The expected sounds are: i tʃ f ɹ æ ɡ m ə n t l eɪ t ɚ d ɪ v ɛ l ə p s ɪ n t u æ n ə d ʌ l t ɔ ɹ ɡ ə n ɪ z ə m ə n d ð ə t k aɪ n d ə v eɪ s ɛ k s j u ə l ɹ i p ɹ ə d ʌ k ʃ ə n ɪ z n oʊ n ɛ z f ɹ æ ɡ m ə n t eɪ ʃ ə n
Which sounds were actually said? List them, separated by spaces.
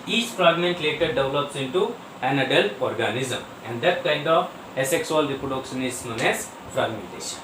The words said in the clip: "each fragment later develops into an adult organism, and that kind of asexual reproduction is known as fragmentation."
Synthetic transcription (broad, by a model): i tʃ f ɹ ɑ ɡ m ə n t l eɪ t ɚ d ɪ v l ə p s ɪ n t u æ n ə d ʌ l ɔ ɹ ɡ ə n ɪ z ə m ə n d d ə t k aɪ n d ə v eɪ s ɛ k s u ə l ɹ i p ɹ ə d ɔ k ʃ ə n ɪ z n oʊ n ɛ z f ɹ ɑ ɡ m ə n t eɪ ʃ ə n